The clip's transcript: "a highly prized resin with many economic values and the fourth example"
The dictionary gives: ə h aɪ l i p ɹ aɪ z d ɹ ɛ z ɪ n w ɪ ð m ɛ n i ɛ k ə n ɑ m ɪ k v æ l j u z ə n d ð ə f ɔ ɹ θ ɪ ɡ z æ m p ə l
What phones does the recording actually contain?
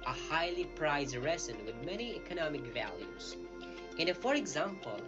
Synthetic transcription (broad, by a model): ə h aɪ l i p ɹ aɪ z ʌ ɹ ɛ s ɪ n w ɪ ð m ɛ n i ɛ k ə n ɑ m ɪ k v æ l j u z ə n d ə f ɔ ɹ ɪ ɡ z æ m p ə l